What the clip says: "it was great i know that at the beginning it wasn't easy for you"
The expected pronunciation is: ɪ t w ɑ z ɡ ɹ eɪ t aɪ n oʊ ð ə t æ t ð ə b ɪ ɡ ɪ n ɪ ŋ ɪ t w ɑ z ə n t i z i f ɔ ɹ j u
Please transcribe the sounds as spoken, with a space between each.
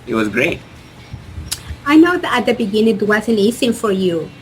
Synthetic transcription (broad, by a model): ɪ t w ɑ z ɡ ɹ eɪ t aɪ n oʊ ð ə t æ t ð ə b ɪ ɡ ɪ n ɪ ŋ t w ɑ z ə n i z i f ɔ ɹ j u